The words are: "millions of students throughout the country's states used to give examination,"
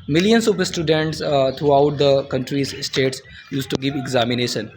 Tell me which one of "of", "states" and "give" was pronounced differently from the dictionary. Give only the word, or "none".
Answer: of